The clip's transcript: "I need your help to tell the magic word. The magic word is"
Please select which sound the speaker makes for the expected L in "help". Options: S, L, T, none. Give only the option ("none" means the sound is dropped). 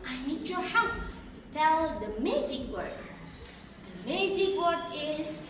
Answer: none